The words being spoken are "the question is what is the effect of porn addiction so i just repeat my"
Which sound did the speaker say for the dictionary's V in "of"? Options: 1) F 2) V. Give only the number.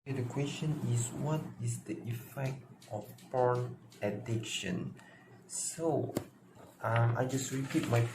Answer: 1